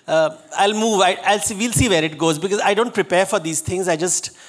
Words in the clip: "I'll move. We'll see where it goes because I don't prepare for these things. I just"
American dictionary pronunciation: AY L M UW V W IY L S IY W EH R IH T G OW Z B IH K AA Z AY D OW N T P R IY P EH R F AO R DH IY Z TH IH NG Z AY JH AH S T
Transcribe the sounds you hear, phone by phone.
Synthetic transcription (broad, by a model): AY L M UW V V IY L S IY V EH R IH T G OW Z B IH K AA Z AY D OW N T P R IY P EH R F AO R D IY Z T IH NG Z AY JH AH S T